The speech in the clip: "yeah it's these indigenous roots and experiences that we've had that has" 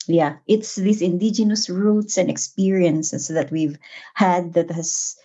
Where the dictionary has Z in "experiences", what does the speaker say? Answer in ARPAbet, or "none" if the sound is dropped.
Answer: S